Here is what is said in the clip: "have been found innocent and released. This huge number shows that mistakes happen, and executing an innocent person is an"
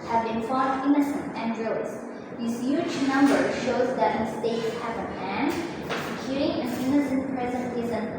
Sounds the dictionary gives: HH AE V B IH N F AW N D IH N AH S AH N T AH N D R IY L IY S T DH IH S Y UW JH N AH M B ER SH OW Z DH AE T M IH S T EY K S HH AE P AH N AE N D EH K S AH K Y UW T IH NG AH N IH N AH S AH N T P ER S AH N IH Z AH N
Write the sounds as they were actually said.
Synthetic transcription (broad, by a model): HH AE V B IH N F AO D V IH N AH S AH N T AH N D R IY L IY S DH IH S Y UW JH N AH M B ER SH OW Z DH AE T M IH S T EY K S HH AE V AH AE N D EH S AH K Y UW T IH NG AH N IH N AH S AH N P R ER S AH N IH Z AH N